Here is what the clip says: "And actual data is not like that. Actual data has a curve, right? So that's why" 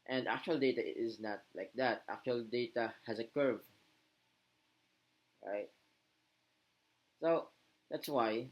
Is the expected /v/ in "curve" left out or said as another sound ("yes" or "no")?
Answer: no